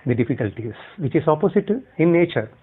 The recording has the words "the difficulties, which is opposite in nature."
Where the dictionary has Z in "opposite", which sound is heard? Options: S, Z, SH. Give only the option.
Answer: S